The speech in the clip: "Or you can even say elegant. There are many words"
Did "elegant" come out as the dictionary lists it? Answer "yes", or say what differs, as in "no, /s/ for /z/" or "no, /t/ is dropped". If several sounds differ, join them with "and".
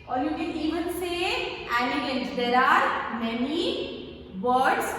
no, /n/ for /l/